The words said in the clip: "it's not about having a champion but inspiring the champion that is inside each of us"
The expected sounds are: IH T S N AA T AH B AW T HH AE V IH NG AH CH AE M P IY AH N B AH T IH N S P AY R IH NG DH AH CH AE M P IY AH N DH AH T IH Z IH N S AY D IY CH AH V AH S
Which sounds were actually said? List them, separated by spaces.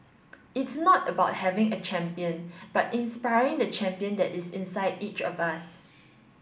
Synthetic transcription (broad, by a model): IH T S N AA T AH B AW T HH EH V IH NG AH CH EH M P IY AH N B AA T IH N S P AY R IH NG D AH CH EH M P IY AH N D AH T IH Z IH N S AY D IY CH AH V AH S